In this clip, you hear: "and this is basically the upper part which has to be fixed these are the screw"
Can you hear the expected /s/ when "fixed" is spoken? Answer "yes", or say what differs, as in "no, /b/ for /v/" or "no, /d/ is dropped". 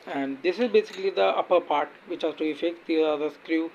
no, /s/ is dropped